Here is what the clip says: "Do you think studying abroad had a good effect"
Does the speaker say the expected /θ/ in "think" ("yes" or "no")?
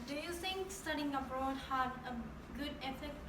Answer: no